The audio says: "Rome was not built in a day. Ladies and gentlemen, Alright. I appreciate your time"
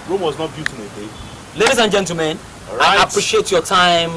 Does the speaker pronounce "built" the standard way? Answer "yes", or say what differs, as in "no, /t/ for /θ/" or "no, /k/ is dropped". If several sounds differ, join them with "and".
no, /l/ is dropped